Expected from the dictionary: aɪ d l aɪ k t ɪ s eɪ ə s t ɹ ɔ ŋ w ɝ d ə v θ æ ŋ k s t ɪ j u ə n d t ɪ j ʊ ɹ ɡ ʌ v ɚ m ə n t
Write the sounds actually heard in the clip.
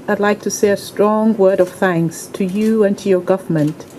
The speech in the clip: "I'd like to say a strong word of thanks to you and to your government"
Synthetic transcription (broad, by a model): aɪ d l aɪ k t ɪ s eɪ ə s t ɹ ɔ ŋ w ɝ d ə v θ æ ŋ k s t ɪ j u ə n t ɪ j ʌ ɹ ɡ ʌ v ɚ m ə n t